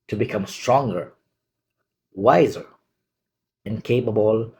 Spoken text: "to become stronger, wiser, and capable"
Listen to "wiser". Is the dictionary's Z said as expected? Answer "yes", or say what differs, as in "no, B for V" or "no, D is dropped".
yes